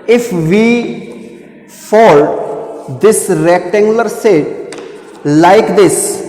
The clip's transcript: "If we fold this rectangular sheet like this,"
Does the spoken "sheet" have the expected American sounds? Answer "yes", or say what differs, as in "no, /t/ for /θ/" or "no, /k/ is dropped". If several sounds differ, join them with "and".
no, /s/ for /ʃ/